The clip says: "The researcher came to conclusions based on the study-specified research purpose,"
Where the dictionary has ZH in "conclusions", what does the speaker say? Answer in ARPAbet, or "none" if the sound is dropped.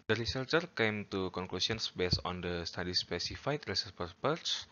S